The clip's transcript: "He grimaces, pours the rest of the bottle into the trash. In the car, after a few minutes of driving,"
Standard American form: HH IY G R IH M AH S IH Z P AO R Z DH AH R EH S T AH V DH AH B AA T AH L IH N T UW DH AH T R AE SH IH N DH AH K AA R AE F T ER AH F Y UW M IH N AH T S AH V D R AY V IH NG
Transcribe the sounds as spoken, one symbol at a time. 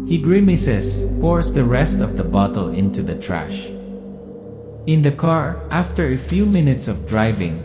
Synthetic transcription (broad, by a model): HH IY G R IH M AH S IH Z P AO R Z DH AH R EH S T AH V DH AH B AA T AH L IH N T UW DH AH T R AE SH IH N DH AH K AA R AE F T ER AH F Y UW M IH N AH T S AH V D R AY V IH NG